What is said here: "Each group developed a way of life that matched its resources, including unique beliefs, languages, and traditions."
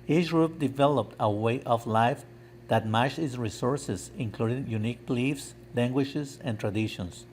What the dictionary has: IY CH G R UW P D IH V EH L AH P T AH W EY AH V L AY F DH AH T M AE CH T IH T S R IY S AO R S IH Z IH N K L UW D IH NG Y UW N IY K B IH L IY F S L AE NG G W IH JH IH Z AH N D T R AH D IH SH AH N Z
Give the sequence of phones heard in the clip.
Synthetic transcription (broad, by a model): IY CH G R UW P D IH V EH L AH P T AH W EY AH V L AY F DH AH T M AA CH IH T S R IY S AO R S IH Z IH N K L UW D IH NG Y UW N IY K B L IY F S L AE NG G W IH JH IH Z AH N T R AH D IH SH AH N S